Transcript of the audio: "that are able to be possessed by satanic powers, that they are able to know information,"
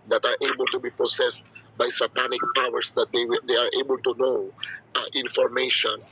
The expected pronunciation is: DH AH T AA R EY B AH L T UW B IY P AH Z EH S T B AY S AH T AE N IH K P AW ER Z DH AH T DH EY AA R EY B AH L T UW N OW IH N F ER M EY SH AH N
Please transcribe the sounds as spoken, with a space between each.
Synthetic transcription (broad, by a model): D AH T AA R EY B AH L T UW B IY P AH S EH S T B AY S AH T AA N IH K P AW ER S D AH T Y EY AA R EY B AH L T UW N OW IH N F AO M EY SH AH N